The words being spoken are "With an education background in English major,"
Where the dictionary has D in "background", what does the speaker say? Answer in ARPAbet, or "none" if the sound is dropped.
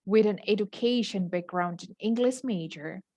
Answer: D